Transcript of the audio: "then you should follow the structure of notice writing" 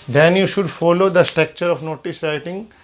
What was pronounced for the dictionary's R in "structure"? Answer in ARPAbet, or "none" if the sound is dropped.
R